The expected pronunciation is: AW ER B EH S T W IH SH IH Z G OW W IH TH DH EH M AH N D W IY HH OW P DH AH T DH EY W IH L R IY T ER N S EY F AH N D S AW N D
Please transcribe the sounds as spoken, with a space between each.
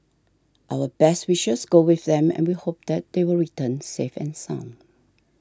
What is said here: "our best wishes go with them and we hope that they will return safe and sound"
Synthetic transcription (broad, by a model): AW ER B EH S T W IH SH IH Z G OW W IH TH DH EH M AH N W IY HH OW P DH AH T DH EY W IH L R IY T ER N S EY F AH N S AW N